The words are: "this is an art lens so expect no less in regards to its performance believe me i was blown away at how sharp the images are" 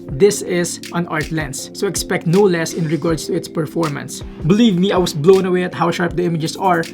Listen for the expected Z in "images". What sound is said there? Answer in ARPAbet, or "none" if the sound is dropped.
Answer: S